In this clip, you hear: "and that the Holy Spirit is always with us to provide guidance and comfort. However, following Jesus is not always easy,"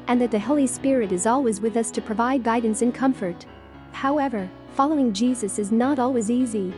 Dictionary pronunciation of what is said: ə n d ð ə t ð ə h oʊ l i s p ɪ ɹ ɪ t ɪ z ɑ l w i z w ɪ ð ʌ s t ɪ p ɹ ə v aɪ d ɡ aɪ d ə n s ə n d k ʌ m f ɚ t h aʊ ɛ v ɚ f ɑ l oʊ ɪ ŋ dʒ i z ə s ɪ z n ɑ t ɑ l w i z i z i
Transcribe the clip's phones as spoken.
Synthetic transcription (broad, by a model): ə n ð ə t ð ə h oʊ l i s p ɪ ɹ ɪ t ɪ z ɑ l w i z w ɪ ð ʌ s t ɪ p ɹ ə v aɪ d ɡ aɪ d n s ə n k ʌ m f ɚ t h aʊ ɛ v ɚ f ɑ l oʊ ɪ ŋ dʒ i z ə s ɪ z n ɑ t ɑ l w i z i z i